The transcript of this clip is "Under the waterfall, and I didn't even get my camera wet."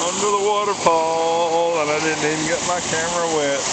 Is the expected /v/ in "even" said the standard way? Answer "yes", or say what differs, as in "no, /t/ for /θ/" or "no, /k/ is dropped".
no, /v/ is dropped